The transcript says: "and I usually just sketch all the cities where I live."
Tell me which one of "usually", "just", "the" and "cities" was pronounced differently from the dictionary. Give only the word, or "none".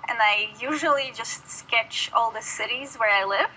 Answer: none